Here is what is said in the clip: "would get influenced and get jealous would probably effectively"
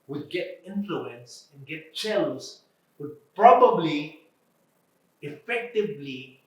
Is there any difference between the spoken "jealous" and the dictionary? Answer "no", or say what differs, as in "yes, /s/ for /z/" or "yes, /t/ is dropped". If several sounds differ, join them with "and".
yes, /tʃ/ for /dʒ/